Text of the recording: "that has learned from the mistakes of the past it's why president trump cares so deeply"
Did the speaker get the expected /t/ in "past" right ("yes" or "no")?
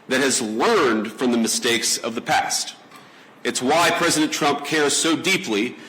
yes